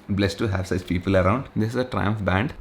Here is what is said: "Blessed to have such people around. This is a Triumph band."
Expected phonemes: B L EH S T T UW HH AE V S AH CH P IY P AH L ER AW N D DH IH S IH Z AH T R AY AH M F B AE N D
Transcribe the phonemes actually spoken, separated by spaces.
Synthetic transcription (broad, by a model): B L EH S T T UW HH AE V S AH CH P IY P AH L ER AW N D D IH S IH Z AH T R AY AH M F B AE N D